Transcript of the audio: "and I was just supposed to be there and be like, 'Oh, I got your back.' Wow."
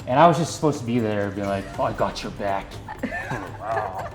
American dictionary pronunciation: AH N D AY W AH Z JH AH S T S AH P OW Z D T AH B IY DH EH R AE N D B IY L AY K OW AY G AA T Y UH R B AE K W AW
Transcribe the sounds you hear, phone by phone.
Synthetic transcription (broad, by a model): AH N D AY W AH Z JH AH S T S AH P OW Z T AH B IY DH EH R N B IY L AY K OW AY G AA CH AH R B AE K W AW